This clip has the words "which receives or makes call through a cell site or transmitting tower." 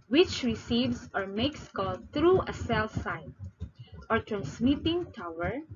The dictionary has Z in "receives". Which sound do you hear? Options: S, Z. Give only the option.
S